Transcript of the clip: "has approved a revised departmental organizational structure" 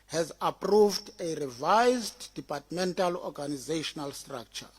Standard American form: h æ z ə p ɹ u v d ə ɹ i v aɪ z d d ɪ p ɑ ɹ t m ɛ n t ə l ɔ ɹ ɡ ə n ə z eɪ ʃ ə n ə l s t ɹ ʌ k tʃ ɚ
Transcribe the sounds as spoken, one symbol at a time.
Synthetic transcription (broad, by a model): h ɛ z ə p ɹ u v d ə ɹ i v aɪ z d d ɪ p ɑ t m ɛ n t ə l ɔ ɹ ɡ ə n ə z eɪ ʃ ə n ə l s t ɹ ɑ k tʃ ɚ